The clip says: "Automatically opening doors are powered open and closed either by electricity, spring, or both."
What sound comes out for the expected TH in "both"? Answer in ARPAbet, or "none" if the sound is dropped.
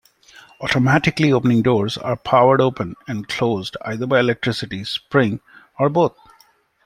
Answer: T